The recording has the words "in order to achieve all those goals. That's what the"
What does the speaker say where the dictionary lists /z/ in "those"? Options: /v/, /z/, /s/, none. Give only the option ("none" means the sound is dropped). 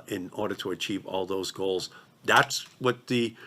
/z/